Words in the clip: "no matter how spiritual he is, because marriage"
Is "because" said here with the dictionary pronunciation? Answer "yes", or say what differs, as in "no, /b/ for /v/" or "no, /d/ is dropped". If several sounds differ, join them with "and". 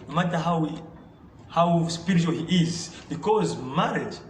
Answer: yes